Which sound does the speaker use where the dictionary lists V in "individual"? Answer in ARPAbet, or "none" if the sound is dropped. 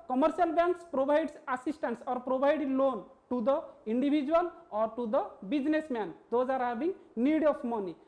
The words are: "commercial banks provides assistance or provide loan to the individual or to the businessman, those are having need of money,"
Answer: B